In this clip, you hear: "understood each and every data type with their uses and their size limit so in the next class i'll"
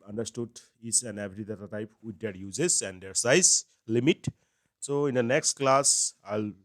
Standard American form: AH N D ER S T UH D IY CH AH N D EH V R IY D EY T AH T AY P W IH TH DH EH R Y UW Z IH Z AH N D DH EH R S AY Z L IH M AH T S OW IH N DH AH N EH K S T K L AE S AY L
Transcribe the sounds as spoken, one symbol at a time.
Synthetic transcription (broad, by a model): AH N D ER S T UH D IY S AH N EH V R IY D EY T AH T AY P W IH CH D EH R Y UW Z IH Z AH N D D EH R S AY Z L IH M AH T S OW IH N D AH N EH K S T K L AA S AY L